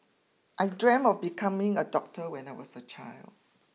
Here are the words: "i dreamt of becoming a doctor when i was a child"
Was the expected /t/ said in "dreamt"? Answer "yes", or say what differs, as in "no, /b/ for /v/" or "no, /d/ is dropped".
no, /t/ is dropped